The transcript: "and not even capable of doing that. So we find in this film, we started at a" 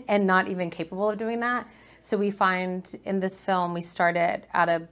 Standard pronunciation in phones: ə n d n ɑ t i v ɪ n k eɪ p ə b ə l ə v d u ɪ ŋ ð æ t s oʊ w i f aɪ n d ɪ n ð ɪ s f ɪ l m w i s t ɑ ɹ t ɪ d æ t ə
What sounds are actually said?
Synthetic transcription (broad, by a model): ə n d t i v ɪ n k eɪ p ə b l ə v d u ɪ ŋ ð æ t s oʊ w i f aɪ n d ɪ n ð ɪ s f ɪ l m w i s t ɑ ɹ t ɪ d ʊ t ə